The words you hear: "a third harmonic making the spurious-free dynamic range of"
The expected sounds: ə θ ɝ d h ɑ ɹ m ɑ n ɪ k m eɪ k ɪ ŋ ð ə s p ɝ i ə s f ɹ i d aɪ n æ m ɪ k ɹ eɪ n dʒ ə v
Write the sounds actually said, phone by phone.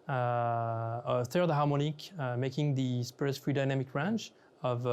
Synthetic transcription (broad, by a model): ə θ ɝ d h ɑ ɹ m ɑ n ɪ k m eɪ k ɪ ŋ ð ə s p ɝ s f ɹ i d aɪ n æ m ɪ k ɹ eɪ n tʃ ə v